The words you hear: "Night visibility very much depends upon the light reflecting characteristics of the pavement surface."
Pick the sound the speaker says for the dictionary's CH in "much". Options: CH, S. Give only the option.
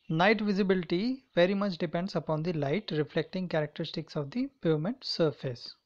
CH